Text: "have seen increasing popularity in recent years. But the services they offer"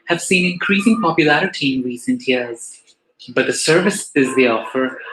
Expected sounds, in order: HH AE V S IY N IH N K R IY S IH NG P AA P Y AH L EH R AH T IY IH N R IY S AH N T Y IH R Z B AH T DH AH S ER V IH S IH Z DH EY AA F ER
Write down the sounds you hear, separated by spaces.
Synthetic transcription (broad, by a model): HH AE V S IY N IH N K R IY S IH NG P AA P Y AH L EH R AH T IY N R IY S AH N T Y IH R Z B AH T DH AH S ER V IH S IH Z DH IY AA F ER